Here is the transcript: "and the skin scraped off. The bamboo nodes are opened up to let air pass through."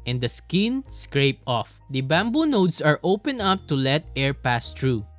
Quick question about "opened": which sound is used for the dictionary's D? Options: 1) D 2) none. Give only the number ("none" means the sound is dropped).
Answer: 2